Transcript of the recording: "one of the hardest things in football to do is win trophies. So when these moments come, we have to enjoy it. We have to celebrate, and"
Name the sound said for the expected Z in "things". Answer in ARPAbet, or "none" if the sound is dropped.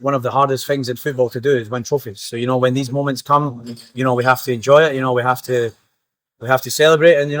Z